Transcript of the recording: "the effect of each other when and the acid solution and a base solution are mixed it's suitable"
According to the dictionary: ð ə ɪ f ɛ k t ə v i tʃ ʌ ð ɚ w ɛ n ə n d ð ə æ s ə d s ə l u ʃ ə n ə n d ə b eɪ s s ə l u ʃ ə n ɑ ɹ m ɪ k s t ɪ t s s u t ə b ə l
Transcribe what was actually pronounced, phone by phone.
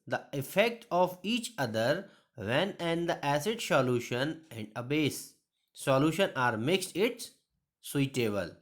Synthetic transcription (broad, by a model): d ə ɪ f ɛ k t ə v i tʃ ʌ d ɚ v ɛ n ə n d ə æ s ə d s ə l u ʃ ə n ə n d ə b eɪ s s ə l u ʃ ə n ɑ ɹ m ɪ k s t ɪ t s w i t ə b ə l